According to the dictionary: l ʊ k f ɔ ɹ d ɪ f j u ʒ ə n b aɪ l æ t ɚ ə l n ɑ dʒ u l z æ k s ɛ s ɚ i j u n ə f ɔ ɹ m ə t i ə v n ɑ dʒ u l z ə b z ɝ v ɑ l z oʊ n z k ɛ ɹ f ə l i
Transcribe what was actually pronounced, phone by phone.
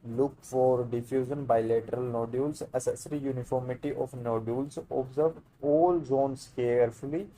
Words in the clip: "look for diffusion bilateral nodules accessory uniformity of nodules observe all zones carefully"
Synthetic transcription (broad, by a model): l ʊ k f ɔ ɹ d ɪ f j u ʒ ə n b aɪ l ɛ t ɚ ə l n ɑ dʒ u l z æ s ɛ s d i j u n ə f ɔ ɹ m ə t i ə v n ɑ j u l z ə b z ɝ v ɑ l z oʊ n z k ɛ ɹ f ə l i